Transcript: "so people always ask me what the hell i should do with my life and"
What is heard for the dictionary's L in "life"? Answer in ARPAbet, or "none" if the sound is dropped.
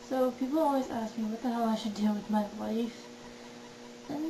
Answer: W